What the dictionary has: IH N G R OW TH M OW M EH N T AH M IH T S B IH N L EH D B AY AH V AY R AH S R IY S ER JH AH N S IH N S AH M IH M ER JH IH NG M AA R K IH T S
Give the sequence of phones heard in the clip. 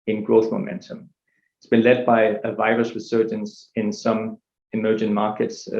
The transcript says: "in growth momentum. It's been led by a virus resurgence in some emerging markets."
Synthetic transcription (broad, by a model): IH N G R OW TH M OW M EH N T AH M IH T S B IH N L EH D B AY AH V AY R AH S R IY S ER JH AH N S IH N S AH M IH M ER JH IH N M AA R K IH T S